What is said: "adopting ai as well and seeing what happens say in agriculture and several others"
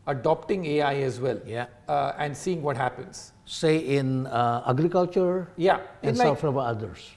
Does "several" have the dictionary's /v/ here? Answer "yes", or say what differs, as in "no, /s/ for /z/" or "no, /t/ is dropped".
no, /f/ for /v/